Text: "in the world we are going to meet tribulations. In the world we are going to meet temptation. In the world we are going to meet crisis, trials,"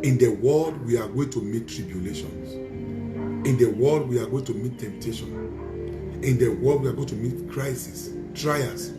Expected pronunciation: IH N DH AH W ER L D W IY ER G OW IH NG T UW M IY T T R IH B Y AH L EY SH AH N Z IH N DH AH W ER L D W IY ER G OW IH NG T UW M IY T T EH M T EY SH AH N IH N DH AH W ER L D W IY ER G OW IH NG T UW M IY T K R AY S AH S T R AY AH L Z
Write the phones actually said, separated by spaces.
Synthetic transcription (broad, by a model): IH N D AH W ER L D W IY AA G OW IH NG T UW M IY T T R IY B Y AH L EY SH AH N S IH N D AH W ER L D W IY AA G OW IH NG T UW M IY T T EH M T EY SH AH N IH N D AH W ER L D W IY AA G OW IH T UW M IY T K R AY S AH S T R AY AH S